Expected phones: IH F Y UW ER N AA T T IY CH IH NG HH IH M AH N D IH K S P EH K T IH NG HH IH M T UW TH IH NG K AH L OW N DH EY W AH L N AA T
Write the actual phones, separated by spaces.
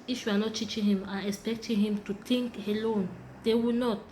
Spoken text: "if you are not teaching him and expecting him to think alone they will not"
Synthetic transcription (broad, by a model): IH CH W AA N AA T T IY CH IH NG HH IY M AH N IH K S P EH K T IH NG HH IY M T UW T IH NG K AH L OW N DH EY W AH N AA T